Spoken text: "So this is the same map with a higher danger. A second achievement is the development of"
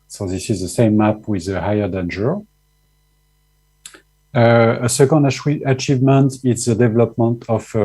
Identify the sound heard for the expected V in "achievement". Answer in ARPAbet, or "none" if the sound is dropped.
V